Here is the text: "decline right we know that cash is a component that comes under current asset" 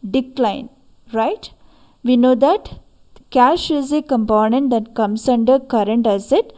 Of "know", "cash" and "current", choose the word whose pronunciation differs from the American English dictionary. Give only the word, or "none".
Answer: none